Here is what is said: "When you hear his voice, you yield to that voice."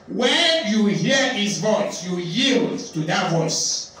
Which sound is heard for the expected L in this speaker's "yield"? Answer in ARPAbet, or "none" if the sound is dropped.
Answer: L